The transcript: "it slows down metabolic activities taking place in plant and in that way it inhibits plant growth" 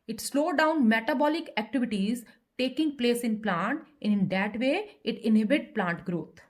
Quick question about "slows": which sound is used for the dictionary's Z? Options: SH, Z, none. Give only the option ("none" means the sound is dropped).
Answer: none